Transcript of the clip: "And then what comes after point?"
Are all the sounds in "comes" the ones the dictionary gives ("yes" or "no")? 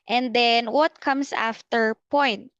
no